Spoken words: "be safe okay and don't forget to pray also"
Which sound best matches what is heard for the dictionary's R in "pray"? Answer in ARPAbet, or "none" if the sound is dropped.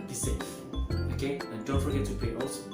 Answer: none